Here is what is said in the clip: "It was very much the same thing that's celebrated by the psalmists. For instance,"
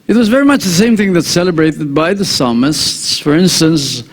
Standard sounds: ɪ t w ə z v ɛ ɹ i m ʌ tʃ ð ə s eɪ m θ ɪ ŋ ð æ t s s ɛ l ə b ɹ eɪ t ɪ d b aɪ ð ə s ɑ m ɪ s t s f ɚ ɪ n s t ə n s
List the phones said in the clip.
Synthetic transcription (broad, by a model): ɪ t w ə z v ɛ ɹ i m ʌ tʃ ð ə s eɪ m θ ɪ ŋ ð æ t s s ɛ l ə b ɹ eɪ t ɪ d b aɪ ð ə s ɑ m ɪ s t s f ɚ ɪ n s t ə n s